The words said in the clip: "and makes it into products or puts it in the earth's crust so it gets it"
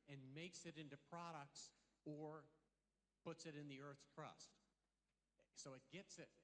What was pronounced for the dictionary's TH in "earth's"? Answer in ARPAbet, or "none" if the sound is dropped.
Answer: TH